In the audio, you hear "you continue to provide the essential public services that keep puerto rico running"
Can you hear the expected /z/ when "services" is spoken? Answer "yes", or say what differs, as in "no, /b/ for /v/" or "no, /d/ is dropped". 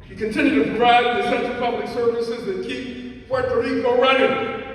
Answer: yes